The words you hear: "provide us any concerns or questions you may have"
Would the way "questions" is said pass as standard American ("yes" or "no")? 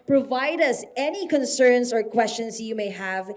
no